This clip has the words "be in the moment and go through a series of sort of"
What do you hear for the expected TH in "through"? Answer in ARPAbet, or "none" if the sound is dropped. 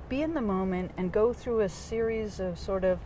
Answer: TH